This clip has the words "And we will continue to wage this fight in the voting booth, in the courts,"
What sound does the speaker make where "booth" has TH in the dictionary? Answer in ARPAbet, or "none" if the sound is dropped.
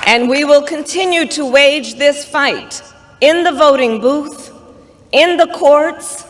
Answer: TH